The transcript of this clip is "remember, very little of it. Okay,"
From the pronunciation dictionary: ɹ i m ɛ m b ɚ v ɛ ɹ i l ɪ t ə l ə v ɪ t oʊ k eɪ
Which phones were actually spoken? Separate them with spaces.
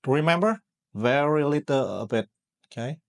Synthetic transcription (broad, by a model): ɹ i m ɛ m b ɚ v ɛ ɹ i l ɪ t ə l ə b ɪ t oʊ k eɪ